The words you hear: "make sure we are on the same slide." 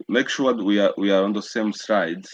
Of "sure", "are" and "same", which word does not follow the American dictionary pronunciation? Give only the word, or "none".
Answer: sure